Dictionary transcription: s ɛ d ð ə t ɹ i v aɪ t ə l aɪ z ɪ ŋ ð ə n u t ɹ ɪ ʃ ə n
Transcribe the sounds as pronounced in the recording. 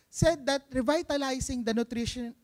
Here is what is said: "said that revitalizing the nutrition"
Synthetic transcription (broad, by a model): s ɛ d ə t ɹ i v aɪ t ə l aɪ s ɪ ŋ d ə n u t ɹ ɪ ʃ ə n